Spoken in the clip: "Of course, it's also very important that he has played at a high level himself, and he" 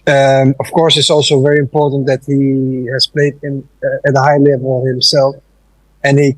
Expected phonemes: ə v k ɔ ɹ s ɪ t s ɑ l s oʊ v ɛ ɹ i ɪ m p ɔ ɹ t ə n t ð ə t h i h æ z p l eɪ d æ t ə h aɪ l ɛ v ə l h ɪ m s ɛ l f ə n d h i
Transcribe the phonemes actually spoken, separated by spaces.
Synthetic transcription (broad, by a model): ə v k ɔ ɹ s ɪ t s ɑ l s oʊ v ɛ ɹ i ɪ m p ɔ ɹ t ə n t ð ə t h i h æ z p l eɪ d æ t ə h aɪ l ɛ v ə l h ɪ m s ɛ l f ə n h i